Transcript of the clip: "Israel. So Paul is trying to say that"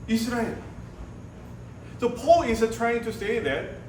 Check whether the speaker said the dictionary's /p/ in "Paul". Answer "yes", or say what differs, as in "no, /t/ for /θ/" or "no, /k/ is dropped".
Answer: yes